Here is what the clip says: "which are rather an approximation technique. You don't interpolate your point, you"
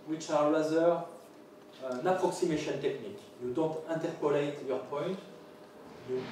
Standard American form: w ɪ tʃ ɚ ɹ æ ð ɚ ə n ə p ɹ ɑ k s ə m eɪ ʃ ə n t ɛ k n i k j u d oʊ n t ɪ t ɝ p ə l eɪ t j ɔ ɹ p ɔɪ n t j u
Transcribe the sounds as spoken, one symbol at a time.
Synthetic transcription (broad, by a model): w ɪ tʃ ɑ l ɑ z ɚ ə n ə p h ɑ k s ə m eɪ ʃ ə n t ɛ k n i k j u d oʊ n t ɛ t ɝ p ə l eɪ t j ɔ ɹ p ɔɪ n t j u